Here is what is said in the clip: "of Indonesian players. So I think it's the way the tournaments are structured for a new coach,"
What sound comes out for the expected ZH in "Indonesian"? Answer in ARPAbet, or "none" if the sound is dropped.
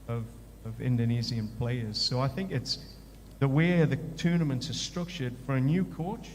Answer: Z